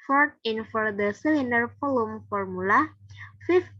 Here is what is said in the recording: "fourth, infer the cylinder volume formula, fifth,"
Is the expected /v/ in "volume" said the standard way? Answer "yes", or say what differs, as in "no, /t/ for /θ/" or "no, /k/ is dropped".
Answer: no, /f/ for /v/